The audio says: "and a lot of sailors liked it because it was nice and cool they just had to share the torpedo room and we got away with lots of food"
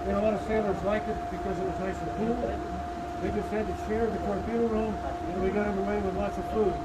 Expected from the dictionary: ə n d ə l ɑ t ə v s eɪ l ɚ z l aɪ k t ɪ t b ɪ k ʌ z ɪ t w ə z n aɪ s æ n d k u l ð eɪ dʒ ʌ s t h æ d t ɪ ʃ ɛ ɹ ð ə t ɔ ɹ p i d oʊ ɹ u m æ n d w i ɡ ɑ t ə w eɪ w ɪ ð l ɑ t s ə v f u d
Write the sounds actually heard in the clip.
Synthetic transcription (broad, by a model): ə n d ə l ɑ t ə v s eɪ l ɚ z l aɪ k ɪ t b ɪ k ʌ z ɪ t w ə z n aɪ s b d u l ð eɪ dʒ ʌ s t h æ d t ɪ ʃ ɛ ɹ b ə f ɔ ɹ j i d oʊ ɹ u m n w i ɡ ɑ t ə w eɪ w ɪ ð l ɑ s ə v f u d